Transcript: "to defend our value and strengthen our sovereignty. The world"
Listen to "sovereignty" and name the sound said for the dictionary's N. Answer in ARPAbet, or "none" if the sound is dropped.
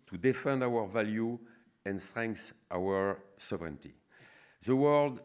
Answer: N